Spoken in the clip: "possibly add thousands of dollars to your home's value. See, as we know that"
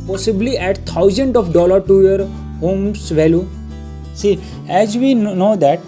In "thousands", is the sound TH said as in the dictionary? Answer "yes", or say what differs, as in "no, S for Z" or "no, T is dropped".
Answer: no, T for TH